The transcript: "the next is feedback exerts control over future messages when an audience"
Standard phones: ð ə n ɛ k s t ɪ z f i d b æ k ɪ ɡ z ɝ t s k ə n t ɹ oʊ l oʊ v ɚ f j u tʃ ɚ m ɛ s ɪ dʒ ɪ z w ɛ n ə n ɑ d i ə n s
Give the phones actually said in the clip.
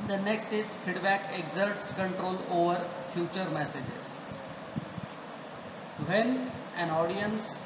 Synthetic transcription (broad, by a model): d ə n ɛ k s t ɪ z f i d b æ k ɪ ɡ z ɝ t s k ə n t ɹ oʊ l oʊ v ɚ f j u tʃ ɚ m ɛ s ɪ dʒ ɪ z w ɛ n ə n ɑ d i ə n s